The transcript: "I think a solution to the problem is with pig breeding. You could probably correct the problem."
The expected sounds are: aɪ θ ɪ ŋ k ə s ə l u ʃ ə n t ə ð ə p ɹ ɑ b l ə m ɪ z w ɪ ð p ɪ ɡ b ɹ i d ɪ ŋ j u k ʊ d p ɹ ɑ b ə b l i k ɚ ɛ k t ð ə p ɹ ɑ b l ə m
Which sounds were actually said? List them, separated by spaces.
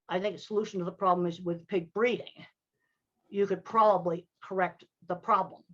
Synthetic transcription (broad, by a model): aɪ θ ɪ ŋ k ə s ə l u ʃ n t ə ð ə p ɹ ɑ b l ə m ɪ z w ɪ ð p ɪ ɡ b ɹ i d ɪ ŋ j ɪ k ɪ d p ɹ ɑ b ə b l i k ɚ ɛ k t ð ə p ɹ ɑ b l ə m